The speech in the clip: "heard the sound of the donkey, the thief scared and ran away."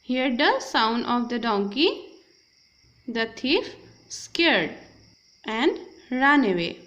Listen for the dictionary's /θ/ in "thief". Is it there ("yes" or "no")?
no